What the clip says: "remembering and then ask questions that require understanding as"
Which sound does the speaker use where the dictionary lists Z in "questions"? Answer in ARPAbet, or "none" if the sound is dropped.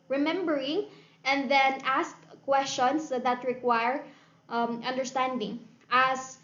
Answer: S